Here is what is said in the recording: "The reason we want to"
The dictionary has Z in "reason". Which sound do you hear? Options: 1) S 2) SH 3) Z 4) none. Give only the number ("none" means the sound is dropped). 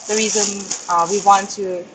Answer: 3